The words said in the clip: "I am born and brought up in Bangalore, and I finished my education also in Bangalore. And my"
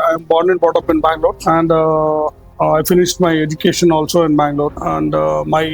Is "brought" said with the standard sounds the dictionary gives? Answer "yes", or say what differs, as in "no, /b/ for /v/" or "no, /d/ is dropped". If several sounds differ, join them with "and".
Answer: no, /ɹ/ is dropped